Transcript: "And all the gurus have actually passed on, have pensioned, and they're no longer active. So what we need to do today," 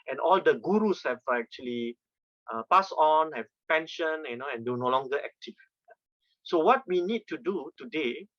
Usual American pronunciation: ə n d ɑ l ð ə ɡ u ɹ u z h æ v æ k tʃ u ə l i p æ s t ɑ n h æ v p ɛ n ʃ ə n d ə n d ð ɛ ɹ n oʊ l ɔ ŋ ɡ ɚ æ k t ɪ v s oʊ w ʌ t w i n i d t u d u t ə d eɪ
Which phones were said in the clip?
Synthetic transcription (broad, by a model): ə n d ɑ l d ə ɡ u ɹ u s h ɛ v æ k tʃ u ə l i p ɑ s ɑ n h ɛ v p ɛ n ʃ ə n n ə n d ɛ w n oʊ l ɔ ŋ ɡ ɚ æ k t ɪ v s oʊ w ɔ t w i n i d t u d u t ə d eɪ